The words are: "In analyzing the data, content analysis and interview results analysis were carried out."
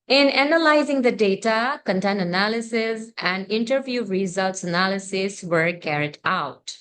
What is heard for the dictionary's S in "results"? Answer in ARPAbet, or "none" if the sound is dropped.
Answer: S